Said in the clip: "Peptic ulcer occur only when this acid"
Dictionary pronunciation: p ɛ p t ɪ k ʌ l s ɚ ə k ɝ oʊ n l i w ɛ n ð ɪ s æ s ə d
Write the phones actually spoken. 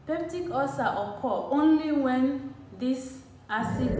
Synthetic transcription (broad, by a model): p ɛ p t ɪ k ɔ s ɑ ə k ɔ oʊ n l i w ɛ n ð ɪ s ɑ s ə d